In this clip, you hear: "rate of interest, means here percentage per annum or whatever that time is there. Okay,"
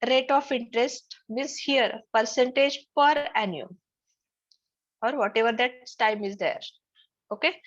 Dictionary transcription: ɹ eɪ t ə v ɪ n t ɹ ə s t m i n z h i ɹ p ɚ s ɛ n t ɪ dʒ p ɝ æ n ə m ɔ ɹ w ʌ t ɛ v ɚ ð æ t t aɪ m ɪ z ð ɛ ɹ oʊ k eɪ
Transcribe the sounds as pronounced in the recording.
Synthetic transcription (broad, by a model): ɹ eɪ t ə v ɪ n t ɹ ə s t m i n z h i ɹ p ɚ s ɛ n t ɪ dʒ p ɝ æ n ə m ɔ ɹ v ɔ t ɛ v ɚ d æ t t aɪ m ɪ z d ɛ ɹ oʊ k eɪ